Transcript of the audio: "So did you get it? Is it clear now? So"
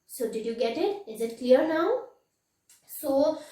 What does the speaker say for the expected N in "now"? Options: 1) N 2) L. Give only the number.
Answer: 1